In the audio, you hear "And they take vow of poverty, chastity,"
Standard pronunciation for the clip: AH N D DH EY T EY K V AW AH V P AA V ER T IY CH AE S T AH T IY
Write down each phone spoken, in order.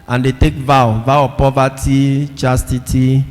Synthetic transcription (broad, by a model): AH N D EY T EY K V AW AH W P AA V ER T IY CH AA S T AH T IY